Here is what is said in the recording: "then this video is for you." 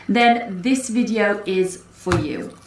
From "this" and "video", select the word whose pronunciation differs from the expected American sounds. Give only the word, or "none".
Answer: none